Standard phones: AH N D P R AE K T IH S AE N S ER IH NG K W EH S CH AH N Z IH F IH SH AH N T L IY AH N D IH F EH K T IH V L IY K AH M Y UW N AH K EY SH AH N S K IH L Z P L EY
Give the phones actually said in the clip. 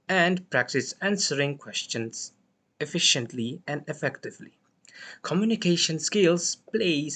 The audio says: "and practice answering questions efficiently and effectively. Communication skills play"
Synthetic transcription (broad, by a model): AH N D P R AE K T IH S AE N S ER IH NG K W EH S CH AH N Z IH F IH SH AH N T L IY AH N D IH F EH K T IH V L IY K AH M Y UW N AH K EY SH AH N S K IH L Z P L EY